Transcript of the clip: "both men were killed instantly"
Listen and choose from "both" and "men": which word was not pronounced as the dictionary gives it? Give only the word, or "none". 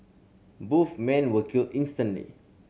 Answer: both